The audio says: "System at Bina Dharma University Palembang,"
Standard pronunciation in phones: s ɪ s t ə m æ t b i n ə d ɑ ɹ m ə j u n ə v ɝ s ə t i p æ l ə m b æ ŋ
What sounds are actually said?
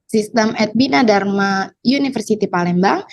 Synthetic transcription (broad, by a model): s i s t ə m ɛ t b i n ə d ɑ ɹ m ə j u n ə f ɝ s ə t i p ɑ l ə m b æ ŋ